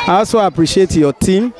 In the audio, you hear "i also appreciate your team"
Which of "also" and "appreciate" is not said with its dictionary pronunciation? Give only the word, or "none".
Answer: also